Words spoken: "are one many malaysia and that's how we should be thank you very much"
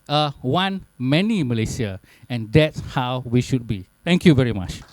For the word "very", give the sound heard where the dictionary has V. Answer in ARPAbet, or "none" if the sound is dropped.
V